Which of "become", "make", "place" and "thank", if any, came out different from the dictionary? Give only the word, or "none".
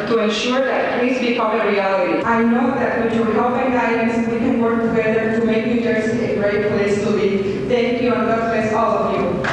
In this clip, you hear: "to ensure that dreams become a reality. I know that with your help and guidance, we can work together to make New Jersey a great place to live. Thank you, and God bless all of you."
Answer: thank